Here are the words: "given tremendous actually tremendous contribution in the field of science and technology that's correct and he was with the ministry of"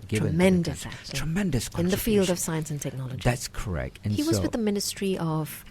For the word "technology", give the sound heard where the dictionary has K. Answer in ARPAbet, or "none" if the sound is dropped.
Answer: K